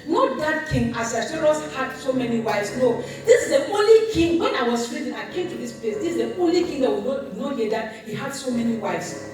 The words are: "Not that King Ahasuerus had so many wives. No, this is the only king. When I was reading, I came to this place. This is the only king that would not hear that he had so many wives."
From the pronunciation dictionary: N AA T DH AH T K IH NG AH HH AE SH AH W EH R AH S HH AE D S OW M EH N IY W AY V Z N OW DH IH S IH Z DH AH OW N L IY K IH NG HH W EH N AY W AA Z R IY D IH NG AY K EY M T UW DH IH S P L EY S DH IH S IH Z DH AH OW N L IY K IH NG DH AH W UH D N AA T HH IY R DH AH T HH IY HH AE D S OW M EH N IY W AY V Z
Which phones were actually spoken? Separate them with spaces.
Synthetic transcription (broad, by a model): N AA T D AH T K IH NG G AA S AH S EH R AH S HH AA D S OW M EH N IY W AY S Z N OW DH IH S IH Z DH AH OW N L IY K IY NG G W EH N AY W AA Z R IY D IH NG AY K EY M T UW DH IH S P L EY S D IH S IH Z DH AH OW N L IY K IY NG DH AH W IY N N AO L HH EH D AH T HH IY HH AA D S OW M EH N IY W AY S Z